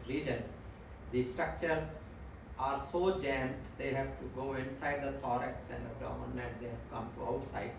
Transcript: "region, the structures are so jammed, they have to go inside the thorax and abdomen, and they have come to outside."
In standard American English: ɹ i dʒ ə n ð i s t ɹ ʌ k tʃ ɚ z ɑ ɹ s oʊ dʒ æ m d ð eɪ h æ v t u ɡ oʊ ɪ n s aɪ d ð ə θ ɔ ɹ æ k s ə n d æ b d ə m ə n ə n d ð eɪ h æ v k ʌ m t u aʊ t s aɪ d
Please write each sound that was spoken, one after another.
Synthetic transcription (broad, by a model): ɹ i dʒ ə n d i s t ɹ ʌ k tʃ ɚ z ɑ ɹ s oʊ dʒ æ m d eɪ h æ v t u ɡ oʊ ɪ n s aɪ d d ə t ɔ ɹ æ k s ə n d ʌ d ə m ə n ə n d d eɪ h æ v k ʌ m t u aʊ t s aɪ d